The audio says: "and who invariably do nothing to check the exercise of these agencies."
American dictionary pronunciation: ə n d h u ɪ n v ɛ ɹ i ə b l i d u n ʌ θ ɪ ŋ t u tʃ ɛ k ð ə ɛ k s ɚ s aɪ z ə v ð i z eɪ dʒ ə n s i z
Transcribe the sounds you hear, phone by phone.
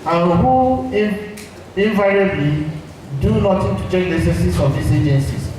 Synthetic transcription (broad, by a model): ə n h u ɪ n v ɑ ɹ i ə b l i d u n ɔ t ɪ t u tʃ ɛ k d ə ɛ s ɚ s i s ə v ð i s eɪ dʒ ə n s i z